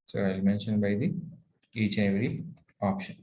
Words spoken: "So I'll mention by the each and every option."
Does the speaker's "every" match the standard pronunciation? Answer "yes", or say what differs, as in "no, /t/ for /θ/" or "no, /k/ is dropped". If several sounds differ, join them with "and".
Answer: no, /v/ is dropped